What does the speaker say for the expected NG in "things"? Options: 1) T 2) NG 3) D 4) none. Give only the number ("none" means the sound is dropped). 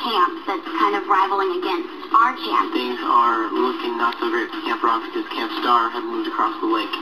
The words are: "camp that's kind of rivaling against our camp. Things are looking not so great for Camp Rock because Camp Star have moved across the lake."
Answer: 4